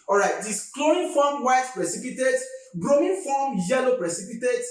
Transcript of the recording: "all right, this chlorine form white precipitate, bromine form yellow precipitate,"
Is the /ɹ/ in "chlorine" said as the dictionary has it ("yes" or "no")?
no